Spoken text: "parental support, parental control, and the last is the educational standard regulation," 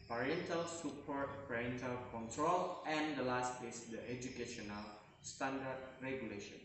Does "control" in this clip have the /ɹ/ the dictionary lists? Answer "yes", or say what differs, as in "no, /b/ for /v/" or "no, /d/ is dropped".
yes